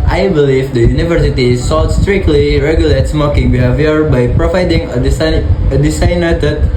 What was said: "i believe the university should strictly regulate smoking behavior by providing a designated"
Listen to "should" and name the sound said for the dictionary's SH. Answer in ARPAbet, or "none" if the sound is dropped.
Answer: S